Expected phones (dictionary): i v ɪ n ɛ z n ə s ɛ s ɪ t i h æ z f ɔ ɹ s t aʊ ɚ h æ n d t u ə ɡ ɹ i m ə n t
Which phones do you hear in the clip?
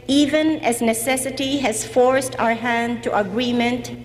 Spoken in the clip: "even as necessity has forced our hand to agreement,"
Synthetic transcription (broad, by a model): i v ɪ n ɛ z n ə s ɛ s ɪ t i h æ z f ɔ ɹ s t aʊ ɚ h æ n d t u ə ɡ ɹ i m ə n t